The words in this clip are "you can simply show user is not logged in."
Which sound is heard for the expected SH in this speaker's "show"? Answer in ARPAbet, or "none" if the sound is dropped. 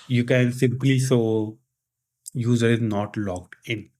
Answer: S